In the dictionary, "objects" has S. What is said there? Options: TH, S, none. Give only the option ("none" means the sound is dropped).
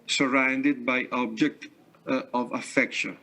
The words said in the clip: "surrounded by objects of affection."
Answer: none